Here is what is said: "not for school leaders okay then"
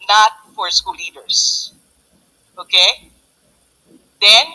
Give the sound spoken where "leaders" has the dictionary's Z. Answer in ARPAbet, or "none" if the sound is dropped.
S